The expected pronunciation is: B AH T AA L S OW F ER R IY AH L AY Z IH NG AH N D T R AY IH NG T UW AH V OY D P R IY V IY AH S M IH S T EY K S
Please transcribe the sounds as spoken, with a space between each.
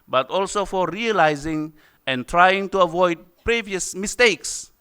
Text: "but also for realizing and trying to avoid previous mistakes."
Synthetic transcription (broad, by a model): B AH T AA L S OW F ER R IY AH L AY Z IH NG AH N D T R AY IH NG T UW AH V OY D P R IY V IY AH S M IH S T EY K S